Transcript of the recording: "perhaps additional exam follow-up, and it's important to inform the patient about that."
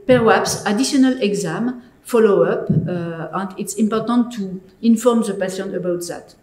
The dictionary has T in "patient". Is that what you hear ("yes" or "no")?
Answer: no